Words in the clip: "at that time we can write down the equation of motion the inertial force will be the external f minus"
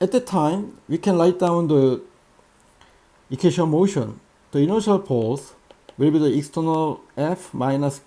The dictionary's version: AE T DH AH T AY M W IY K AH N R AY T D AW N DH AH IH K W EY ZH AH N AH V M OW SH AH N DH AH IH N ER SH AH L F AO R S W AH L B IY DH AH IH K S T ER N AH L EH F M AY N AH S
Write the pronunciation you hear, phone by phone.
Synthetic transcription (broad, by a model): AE T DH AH T AY M W IY K AH N L AY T D AW N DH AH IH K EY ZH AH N M OW SH AH N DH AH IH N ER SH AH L P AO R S W AH L B IY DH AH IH K S T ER N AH L EH F M AY N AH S